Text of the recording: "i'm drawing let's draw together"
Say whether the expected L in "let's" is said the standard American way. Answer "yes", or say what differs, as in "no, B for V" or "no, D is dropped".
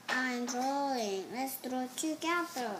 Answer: yes